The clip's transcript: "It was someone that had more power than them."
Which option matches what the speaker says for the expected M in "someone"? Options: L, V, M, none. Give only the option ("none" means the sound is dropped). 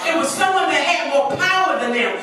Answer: none